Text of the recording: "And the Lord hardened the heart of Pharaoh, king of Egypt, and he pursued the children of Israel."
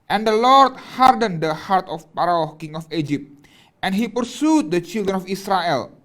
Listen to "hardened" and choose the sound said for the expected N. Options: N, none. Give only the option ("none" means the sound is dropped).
N